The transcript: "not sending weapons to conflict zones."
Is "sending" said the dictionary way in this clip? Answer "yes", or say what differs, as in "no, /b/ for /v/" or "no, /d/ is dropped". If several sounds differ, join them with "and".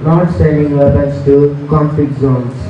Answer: no, /n/ is dropped